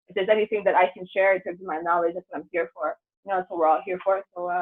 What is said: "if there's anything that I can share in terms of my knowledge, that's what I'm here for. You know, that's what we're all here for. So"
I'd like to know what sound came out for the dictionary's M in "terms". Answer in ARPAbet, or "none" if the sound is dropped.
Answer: none